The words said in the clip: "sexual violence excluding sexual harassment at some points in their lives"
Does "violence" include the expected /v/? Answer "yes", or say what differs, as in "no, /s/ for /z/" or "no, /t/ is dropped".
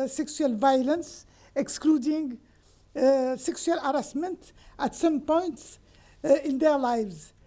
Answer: yes